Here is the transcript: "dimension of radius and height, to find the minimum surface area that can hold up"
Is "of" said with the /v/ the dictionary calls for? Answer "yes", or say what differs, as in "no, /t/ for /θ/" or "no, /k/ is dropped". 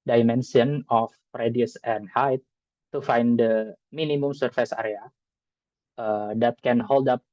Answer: no, /p/ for /v/